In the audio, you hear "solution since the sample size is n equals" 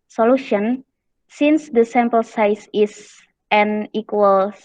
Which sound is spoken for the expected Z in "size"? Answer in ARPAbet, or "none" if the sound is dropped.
S